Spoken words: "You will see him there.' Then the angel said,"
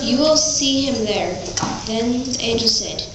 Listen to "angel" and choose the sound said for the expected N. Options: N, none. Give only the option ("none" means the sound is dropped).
none